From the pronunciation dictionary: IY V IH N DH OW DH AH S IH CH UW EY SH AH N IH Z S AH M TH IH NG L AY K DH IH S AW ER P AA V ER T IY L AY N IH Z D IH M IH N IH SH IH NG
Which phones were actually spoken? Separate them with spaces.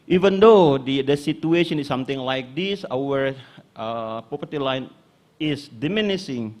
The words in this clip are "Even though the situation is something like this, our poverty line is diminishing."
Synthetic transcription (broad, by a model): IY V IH N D OW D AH S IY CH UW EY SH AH N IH S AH M T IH NG L AY K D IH S AW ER P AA P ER T IY L AY N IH S D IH M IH N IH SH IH NG